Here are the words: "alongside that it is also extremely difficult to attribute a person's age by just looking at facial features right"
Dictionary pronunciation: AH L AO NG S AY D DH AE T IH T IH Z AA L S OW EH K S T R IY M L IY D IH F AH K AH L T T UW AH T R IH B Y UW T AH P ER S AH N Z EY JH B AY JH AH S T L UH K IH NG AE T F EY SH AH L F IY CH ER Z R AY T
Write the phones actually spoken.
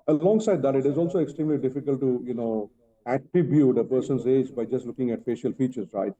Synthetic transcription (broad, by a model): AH L AO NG S AY D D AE T IH T IH Z AA L S OW EH K S T R IY M L IY D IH F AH K AH L T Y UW AH T R IH B Y UW T AH P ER S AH N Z EY JH B AY JH AH S T L UH K IH NG AE T F EY SH AH L F IY CH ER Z R AY T